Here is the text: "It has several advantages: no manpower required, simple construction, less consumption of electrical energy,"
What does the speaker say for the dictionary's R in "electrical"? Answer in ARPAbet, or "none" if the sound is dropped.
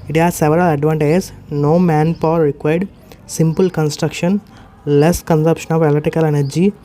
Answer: none